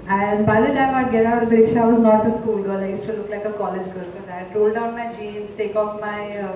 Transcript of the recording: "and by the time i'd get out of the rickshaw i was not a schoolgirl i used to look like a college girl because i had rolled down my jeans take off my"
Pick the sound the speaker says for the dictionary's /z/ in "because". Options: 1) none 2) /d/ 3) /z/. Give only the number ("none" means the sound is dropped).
1